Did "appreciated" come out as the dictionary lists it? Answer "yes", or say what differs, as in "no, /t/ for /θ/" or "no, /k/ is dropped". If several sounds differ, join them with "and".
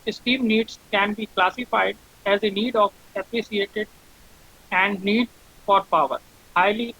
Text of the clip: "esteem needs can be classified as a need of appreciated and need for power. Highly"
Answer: no, /s/ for /ʃ/